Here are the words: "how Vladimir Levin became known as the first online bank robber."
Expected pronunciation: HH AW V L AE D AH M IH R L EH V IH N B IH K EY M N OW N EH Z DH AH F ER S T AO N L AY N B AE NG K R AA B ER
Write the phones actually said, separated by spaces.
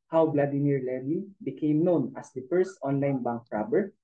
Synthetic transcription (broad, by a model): HH AW B L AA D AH M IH R L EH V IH B IH K EY M N OW N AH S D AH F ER S T AO N L AY N B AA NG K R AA B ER